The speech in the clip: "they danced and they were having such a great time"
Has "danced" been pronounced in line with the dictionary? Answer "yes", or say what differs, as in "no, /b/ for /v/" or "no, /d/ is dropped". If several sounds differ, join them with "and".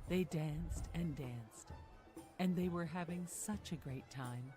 yes